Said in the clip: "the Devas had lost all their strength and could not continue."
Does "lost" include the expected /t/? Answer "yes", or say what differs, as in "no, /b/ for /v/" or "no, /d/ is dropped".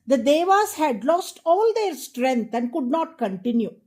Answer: yes